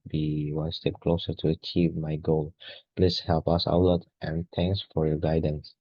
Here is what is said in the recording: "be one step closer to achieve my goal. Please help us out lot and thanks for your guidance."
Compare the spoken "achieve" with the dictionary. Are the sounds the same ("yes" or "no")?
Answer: yes